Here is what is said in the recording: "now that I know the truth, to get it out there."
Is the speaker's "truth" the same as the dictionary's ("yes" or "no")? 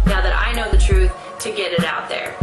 yes